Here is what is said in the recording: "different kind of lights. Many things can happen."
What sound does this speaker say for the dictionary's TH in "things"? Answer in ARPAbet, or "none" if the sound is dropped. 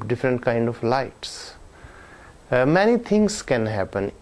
T